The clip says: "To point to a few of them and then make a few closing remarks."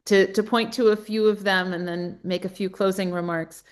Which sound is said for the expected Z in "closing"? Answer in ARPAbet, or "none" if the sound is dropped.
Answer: Z